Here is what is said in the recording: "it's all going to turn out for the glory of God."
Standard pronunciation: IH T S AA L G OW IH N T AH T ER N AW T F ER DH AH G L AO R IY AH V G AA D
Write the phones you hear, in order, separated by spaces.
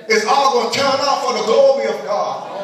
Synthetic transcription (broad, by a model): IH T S AA L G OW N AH T ER N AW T F ER DH AH G L AO R IY AH V G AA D